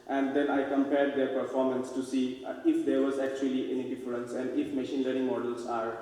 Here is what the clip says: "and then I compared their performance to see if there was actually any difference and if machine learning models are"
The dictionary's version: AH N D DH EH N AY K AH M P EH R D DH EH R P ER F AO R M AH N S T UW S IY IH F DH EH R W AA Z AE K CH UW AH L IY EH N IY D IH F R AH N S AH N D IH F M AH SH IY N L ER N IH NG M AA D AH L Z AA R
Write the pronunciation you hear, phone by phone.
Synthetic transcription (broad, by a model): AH N D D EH N AY K AH M P EH R D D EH R P ER F AO R M AH N S T UW S IY IH F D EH R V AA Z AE K CH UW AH L IY EH N IY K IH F L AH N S AH N D IH F M AH SH IY N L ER IH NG M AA D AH L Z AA R